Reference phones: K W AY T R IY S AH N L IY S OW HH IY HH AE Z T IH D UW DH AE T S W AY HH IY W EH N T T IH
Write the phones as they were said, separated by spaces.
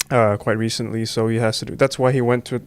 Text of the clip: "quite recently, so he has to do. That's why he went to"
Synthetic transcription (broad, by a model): K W AY T R IY S AH N L IY S OW HH IY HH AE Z T IH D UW DH AE T S W AY HH IY W EH N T T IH